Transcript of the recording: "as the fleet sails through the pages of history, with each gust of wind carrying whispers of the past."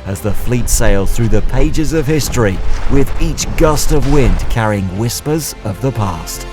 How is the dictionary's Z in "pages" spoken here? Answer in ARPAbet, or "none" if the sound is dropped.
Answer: Z